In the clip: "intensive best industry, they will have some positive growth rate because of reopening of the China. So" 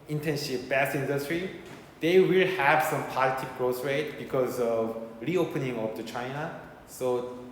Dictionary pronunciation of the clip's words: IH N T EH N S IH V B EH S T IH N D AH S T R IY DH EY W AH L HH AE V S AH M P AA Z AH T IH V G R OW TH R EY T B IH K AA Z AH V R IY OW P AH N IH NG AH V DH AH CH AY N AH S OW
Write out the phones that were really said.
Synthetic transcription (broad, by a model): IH N T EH N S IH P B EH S IH N D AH S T R IY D EY W AH L HH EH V S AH M P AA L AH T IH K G R OW S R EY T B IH K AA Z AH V R IY OW P AH N IH NG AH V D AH CH AY N AH S OW